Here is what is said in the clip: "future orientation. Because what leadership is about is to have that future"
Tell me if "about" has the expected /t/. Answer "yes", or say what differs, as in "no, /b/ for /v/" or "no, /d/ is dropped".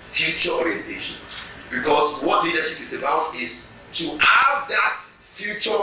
yes